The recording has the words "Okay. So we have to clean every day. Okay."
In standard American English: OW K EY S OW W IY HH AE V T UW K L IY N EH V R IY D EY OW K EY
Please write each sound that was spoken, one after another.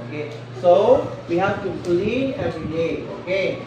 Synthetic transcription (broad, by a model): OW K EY S OW W IY HH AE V T UW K L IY EH V R IY D EY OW K EY